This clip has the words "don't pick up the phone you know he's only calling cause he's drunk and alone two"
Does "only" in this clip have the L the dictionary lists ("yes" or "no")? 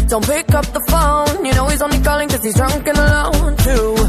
no